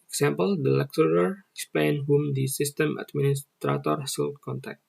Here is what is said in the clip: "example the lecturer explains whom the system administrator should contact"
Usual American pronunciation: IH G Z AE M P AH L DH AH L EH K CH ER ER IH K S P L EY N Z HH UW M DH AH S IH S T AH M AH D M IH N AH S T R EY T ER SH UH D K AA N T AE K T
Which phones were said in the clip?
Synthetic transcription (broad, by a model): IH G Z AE M P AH L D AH L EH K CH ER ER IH K S P L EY N HH UW M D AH S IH S T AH M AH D M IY N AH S T R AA T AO S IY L K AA N T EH K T